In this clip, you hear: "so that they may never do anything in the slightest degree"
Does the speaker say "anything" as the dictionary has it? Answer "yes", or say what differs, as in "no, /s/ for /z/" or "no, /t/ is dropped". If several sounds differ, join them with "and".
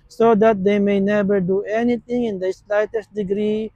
no, /t/ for /θ/